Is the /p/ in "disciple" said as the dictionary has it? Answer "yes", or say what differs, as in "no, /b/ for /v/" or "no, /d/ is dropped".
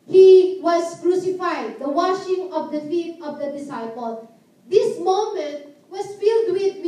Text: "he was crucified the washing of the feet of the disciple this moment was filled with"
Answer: yes